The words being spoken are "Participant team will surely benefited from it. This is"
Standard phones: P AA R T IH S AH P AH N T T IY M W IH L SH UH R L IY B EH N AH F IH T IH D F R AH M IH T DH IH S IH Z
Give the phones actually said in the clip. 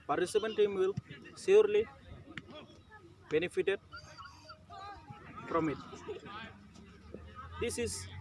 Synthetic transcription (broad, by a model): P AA R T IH S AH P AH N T T IY M W IH L S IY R L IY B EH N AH F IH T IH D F R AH M IH T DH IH S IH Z